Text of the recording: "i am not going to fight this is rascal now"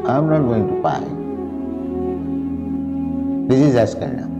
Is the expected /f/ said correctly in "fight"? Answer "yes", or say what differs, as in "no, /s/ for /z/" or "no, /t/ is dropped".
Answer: no, /p/ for /f/